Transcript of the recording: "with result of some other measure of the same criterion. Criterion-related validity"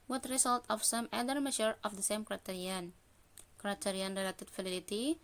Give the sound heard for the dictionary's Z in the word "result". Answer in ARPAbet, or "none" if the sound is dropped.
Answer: S